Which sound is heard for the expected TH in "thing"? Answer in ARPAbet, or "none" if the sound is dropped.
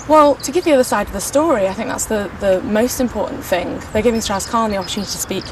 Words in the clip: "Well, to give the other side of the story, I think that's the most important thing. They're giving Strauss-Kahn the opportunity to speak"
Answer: TH